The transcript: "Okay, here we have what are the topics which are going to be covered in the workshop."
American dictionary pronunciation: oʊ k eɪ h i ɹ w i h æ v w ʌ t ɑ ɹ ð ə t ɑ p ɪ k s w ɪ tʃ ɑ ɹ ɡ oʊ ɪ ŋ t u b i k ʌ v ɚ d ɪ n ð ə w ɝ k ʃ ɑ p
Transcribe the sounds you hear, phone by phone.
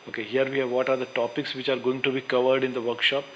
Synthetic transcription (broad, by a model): oʊ k eɪ h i ɹ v i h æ v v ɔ t ɑ ɹ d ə t ɑ p ɪ k s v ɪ tʃ ɑ ɹ ɡ oʊ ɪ ŋ t u b i k ʌ v ɚ d ɪ n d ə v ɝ k ʃ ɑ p